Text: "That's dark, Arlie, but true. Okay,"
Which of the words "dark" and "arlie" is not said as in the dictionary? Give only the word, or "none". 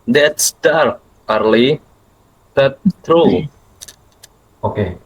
dark